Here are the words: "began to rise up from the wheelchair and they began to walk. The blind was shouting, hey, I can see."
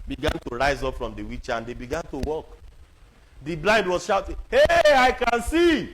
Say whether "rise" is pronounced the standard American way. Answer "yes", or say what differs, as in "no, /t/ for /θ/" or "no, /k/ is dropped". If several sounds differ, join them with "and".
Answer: yes